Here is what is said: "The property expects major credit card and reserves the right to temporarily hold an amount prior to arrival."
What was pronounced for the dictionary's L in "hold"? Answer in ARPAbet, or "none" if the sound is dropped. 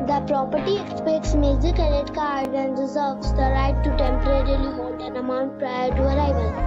N